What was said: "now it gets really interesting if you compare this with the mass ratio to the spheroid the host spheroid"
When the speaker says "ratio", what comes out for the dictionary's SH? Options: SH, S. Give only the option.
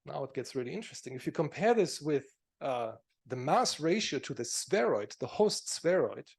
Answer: SH